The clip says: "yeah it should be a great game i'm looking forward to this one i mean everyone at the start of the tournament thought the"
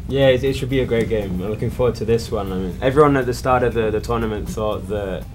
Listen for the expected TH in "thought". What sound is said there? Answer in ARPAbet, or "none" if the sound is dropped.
TH